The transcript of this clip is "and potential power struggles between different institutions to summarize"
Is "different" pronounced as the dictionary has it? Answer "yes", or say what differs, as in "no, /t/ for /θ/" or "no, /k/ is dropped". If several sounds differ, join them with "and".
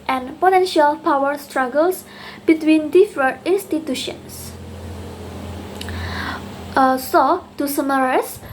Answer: no, /n/ is dropped